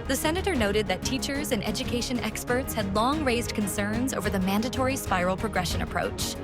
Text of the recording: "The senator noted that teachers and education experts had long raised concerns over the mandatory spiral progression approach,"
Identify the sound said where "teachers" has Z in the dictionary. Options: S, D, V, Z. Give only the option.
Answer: Z